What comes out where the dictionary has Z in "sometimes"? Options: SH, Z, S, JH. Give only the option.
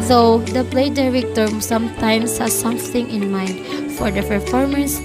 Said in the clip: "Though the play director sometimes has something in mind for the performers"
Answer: S